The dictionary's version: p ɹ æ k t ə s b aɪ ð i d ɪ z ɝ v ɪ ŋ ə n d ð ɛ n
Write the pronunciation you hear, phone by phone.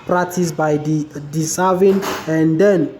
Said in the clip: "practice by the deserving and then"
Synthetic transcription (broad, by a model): p ɹ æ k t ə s b aɪ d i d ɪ s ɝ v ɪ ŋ ə n d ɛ n